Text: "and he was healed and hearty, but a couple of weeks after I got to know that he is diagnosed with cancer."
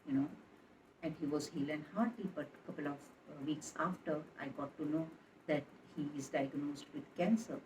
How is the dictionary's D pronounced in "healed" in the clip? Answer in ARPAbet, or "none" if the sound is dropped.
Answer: none